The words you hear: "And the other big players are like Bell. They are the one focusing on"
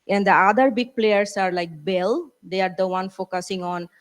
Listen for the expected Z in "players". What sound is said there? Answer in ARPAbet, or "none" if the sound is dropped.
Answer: S